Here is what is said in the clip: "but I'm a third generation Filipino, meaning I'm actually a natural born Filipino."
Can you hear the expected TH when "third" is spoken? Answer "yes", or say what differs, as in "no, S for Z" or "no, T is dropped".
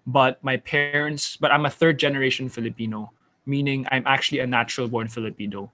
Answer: yes